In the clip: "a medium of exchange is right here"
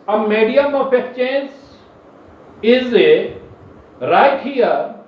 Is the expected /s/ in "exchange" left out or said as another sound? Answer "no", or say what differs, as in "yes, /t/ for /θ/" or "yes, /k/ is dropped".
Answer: yes, /s/ is dropped